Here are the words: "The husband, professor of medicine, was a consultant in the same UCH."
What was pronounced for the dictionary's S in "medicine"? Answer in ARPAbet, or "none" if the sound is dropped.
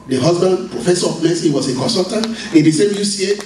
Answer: none